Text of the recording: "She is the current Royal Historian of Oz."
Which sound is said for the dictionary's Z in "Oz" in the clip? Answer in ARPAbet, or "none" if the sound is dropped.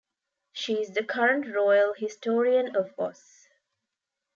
S